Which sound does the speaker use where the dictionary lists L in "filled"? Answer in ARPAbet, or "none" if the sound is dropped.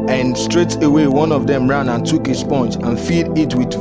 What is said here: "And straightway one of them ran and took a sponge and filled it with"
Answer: none